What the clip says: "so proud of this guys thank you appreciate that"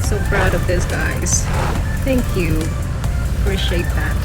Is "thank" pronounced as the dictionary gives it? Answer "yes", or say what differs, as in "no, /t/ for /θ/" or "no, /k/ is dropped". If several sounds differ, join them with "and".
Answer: yes